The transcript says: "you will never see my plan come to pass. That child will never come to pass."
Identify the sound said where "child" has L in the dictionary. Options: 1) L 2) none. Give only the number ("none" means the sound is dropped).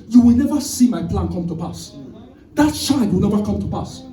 2